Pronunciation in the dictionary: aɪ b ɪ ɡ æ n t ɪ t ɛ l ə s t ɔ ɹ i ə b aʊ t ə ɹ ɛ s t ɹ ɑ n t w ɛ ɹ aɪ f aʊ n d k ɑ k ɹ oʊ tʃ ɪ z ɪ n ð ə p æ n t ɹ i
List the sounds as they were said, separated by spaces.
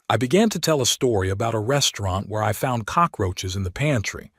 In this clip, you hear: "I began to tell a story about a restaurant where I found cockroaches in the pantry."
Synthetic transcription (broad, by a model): aɪ b ɪ ɡ æ n t ɪ t ɛ l ə s t ɔ ɹ i ə b aʊ t ə ɹ ɛ s t ɹ ɑ n t w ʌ ɹ aɪ f aʊ n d k ɑ k ɹ oʊ tʃ ɪ z ɪ n ð ə p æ n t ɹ i